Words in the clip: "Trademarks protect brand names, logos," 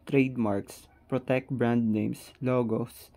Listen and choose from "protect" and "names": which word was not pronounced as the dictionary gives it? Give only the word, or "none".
names